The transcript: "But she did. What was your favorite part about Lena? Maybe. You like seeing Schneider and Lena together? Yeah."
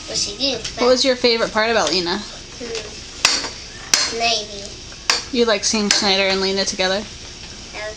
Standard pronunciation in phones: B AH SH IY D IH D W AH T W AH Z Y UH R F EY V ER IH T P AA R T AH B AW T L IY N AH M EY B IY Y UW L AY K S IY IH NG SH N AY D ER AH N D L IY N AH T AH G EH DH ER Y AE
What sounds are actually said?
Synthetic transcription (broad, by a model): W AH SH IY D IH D W AH T W AH Z Y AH R F EY V ER IH T P AA R T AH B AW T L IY N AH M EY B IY Y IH L AY K S IY IH NG S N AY D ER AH N L IY N AH T AH G EH DH ER